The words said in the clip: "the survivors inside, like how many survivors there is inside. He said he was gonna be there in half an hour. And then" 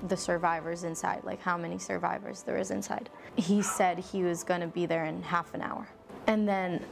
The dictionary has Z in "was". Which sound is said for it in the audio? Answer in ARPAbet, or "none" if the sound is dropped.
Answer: Z